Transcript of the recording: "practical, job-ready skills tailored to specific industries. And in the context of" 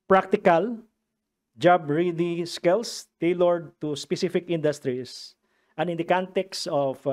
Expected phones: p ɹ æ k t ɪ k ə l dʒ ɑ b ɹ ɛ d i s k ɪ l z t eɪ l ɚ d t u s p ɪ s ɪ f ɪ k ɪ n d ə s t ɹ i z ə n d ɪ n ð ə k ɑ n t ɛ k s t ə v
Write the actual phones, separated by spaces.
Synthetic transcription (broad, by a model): p ɹ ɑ k t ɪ k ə l dʒ ɑ b ɹ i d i s k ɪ l s t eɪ l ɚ d t u s p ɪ s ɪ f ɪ k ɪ n d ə s t ɹ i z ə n ɪ n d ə k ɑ n t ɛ k s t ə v